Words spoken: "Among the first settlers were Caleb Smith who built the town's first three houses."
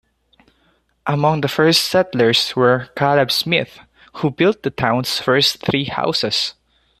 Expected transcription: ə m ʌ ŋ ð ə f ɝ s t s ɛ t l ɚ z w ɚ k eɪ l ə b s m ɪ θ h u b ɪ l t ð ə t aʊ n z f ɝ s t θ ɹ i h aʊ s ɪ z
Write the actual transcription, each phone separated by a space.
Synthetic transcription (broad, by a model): ə m ʌ ŋ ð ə f ɝ s t s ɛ t l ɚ s w ɚ k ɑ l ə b s m ɪ θ h u b ɪ l t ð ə t aʊ n s f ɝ s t θ ɹ i h aʊ s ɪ s